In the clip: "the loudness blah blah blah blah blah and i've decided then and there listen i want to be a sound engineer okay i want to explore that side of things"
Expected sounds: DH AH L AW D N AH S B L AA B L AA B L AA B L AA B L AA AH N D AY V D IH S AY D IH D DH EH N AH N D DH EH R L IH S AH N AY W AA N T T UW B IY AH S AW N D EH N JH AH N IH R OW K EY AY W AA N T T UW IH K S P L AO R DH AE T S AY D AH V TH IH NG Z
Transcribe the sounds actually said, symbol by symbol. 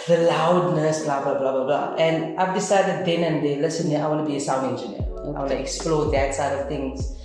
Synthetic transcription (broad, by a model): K L AW D N AH S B L AA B L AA B L AA B L AA B L AA AH N D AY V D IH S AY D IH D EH N AH N D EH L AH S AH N AY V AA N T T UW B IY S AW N EH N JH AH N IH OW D AY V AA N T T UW IH K S P L AO R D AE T S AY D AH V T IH NG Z